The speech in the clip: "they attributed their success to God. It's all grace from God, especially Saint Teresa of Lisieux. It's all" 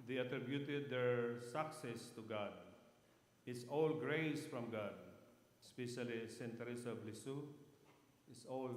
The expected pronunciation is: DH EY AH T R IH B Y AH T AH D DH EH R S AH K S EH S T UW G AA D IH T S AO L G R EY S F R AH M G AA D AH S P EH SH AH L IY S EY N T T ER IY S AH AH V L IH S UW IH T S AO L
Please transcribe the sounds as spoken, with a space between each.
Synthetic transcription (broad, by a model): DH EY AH T R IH B Y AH T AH D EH R S AH K S EH S T UW G AA D IH T S AO L G R EY S F R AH M G AA D S P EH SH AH L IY S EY N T T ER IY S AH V L IH S UW IH T S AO L